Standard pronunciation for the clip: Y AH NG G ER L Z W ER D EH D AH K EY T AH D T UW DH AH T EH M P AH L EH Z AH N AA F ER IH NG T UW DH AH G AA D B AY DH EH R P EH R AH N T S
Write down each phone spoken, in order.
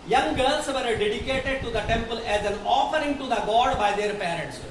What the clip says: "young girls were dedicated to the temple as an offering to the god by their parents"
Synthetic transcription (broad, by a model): Y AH NG G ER L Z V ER D EH D AH K EY T AH D T UW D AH T EH M P AH L EH Z AH N AA F ER IH NG T UW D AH G AA D B AY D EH R P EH R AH N T S